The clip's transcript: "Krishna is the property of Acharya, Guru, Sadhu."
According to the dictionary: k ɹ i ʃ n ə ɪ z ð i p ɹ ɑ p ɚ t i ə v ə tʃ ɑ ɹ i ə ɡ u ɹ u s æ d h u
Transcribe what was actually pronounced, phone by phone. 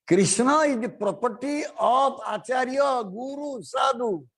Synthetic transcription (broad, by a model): k ɹ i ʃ n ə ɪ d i p ɹ ɑ p ɚ t i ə p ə tʃ ɑ ɹ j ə ɡ u ɹ u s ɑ d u